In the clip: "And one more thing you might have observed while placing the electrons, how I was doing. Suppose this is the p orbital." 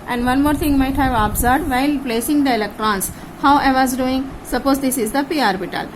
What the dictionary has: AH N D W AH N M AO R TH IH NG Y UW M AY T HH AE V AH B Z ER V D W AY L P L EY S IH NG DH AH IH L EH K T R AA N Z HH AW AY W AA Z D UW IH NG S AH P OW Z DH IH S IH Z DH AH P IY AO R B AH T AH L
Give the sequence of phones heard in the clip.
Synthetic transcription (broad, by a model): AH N D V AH N M AO R T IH NG M AY T HH AE V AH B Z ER D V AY L P L EY S IH NG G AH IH L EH K T R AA N S HH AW AY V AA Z D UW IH NG S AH P OW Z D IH S IH Z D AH P IY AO R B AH T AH L